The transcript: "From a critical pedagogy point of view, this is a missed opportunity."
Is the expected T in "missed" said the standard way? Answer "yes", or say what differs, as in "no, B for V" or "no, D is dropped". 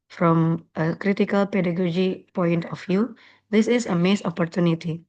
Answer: no, T is dropped